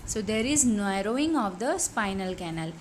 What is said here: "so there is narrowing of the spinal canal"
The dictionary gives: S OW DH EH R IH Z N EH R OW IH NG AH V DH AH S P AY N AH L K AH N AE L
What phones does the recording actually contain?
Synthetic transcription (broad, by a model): S OW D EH R IH Z N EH R OW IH NG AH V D AH S P AY N AH L K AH N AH L